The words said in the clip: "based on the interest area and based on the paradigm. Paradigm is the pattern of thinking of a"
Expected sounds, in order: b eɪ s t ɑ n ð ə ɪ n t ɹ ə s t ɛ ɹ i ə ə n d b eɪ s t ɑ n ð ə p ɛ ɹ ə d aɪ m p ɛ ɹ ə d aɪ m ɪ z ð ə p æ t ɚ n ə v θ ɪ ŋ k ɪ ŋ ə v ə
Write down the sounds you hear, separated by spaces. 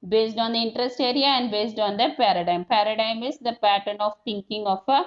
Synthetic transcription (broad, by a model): b eɪ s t ɑ n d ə ɪ n t ɹ ə s t ɛ ɹ i ə ə n d b eɪ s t ɑ n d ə p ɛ ɹ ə d aɪ m p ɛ ɹ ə d aɪ m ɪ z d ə p æ t ɚ n ə v t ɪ ŋ k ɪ ŋ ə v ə